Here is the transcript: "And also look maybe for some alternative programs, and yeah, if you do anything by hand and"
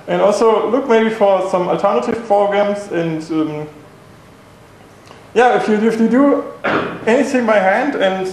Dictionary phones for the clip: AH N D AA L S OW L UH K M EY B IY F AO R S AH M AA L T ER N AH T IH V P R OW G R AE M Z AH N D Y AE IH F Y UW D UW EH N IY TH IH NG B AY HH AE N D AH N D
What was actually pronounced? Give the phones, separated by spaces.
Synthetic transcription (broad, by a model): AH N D AA L S OW L UH K M EY B IY F AO R S AH M AA L T ER N AH T IH V P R OW G R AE M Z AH N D Y AE IH F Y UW D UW EH N IY TH IH NG B AY HH AE N D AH N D